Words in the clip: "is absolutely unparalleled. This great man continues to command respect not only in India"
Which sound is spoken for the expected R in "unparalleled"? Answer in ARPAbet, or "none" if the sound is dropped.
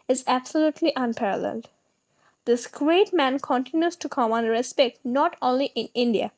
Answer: R